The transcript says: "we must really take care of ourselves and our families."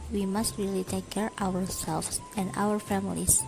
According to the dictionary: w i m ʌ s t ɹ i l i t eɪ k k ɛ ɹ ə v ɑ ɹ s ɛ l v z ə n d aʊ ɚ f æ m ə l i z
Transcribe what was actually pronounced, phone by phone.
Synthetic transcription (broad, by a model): w i m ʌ s t ɹ i l i t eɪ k k ɛ ɹ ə w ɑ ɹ s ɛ l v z ə n d aʊ ɚ f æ m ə l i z